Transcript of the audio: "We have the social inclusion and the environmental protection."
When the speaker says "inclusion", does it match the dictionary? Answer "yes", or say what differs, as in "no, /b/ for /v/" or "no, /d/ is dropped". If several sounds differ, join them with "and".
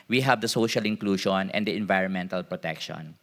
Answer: no, /ʃ/ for /ʒ/